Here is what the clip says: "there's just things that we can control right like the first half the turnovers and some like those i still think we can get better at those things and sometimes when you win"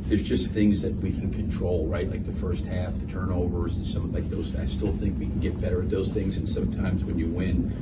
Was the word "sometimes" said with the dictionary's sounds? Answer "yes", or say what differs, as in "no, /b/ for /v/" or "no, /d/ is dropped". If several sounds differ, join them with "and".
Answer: yes